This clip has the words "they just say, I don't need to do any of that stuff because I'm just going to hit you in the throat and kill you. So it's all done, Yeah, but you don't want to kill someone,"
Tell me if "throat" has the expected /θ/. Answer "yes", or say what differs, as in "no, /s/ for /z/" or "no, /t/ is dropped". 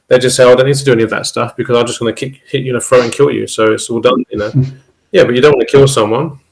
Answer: no, /f/ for /θ/